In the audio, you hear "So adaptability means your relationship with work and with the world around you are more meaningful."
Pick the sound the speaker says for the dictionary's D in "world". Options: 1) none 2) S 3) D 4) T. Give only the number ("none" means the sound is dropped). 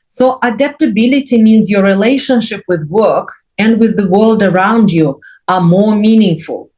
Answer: 3